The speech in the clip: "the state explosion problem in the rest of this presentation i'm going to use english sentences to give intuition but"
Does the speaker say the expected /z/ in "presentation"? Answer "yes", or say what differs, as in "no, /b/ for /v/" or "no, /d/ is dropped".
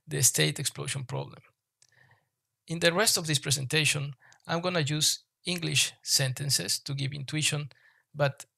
no, /s/ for /z/